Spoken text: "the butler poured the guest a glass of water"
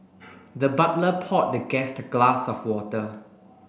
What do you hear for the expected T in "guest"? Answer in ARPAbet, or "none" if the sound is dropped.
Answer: T